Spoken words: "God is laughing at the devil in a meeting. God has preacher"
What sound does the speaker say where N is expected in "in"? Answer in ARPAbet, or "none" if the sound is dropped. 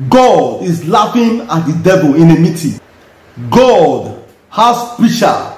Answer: N